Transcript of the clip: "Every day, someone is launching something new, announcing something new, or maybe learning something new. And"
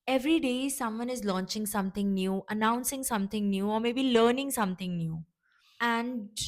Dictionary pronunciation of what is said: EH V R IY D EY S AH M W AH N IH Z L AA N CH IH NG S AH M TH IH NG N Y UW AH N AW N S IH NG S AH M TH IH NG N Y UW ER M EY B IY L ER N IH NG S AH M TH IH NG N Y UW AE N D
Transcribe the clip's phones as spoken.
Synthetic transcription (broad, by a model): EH V R IY D EY S AH M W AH N IH Z L AA N CH IH NG S AH M T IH NG N Y UW AH N AW N S IH NG S AH M T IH NG N Y UW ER M EY B IY L ER N IH NG S AH M T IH NG N Y UW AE N D